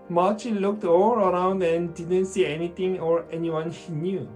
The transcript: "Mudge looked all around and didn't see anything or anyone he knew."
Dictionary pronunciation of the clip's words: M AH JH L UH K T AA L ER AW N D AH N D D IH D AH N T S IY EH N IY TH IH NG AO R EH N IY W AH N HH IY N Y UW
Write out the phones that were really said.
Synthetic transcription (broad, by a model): M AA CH L UH K T AA L ER AW N D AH N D D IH D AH N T S IY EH N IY T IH NG AO R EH N IY W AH N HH IY N Y UW